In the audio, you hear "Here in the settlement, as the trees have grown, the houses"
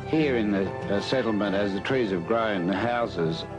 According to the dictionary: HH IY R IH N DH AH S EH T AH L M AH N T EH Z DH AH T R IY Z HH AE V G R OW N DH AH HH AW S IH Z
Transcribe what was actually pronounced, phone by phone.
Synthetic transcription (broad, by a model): HH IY R IH N DH AH S EH T L M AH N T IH Z DH AH T R IY Z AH V G R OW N DH AH HH AW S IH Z